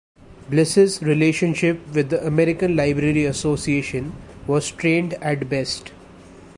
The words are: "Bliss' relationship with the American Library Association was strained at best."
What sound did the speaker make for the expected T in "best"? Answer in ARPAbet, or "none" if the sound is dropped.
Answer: T